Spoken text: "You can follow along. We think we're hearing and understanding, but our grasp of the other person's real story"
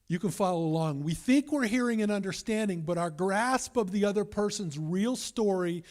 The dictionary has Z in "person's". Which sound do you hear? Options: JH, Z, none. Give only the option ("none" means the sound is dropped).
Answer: Z